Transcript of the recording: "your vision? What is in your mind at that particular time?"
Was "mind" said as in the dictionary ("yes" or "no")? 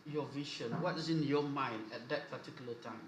yes